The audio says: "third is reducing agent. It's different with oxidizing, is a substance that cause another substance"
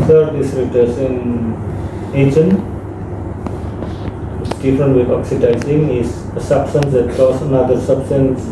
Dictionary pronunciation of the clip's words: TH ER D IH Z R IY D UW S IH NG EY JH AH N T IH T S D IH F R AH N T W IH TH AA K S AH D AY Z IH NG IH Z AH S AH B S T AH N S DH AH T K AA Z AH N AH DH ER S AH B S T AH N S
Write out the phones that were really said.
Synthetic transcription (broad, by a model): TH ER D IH S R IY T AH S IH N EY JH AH N IH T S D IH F R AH N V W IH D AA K S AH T AY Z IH NG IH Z AH S AH B S T AH N S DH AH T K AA S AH N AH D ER S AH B S T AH N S